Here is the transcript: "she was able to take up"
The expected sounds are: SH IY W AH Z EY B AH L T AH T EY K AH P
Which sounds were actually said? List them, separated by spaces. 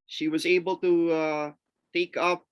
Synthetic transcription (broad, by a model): SH IY W AH Z EY B L T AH T EY K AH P